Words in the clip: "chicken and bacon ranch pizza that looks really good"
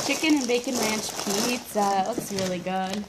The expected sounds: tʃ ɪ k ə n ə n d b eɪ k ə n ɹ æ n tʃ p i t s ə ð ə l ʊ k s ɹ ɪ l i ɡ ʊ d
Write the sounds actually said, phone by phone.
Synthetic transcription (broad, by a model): tʃ ɪ k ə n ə n b eɪ k ə n l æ n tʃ p i t s ə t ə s ɹ ɪ l i ɡ ʊ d